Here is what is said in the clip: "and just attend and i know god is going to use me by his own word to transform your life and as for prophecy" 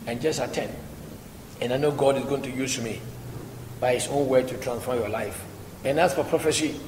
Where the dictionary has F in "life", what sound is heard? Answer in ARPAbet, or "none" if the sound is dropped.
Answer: F